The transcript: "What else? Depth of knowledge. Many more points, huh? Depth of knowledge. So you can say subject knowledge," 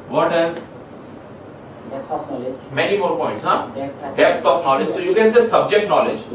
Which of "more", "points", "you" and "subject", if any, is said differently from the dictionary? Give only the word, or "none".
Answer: none